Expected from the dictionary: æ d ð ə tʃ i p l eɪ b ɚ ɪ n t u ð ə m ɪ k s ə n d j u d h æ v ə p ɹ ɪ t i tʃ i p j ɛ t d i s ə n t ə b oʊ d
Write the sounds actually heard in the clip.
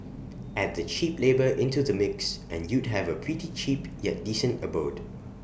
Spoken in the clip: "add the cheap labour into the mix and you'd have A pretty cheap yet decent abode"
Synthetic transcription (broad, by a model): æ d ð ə tʃ i p l eɪ b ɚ ɪ n t u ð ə m ɪ k s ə n j u d h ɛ v ə p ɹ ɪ t i tʃ i p j ɛ t d i s ə n t ə b oʊ d